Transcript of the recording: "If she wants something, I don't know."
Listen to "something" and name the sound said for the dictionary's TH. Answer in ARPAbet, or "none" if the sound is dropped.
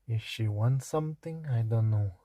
T